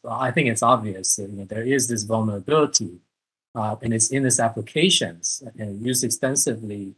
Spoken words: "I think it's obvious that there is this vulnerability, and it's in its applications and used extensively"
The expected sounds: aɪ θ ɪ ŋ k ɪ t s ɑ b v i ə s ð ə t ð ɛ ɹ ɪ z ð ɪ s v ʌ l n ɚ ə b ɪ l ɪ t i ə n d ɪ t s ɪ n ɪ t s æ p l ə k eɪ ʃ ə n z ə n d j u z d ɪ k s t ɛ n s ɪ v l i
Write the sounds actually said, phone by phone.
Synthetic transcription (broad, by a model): aɪ θ ɪ ŋ k ɪ t s ɑ b v i ə s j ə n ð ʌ ɹ ɪ z ð ɪ s v ʌ l n ɚ ə b ɪ l ɪ t i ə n ɪ t s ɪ n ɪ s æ p l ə k eɪ ʃ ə n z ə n j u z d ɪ k s t ɛ n s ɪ v l i